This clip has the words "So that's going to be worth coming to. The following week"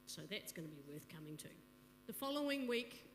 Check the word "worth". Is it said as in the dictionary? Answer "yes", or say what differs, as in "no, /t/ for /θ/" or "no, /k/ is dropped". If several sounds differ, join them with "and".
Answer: yes